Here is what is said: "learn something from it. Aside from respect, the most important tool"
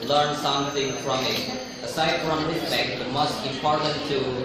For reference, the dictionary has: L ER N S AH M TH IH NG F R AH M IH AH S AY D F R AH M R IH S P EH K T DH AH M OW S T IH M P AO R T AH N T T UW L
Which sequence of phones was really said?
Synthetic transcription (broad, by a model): L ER N S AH M T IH NG F R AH M IH AH S AY D F R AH M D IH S B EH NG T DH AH M OW S T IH M P AO R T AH N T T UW